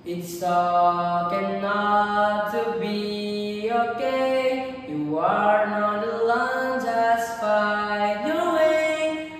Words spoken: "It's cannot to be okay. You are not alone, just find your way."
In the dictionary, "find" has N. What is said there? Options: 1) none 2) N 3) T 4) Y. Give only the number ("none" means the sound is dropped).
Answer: 1